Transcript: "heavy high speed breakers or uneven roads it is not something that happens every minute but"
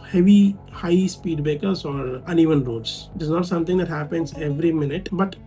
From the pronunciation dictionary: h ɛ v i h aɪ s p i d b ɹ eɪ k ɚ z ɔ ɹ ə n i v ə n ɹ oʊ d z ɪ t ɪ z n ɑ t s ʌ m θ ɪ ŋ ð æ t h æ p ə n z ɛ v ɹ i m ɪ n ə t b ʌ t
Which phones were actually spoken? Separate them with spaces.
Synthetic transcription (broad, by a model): h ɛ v i h aɪ s p i d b eɪ k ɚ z ɔ ɹ ə n i v ə n ɹ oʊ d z ɪ t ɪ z n ɑ t s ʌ m t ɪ ŋ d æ t h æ p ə n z ɛ v ɹ i m ɪ n ə t b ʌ t